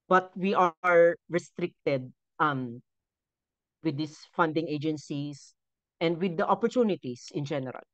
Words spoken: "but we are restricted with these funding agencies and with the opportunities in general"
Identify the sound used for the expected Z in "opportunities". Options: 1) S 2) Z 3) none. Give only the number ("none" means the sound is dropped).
1